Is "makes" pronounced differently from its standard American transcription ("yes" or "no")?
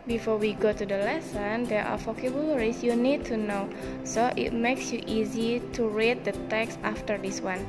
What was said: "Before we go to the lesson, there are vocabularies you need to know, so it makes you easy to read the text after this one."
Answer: no